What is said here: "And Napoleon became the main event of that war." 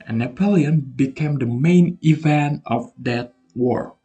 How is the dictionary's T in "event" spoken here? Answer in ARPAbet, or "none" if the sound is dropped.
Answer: T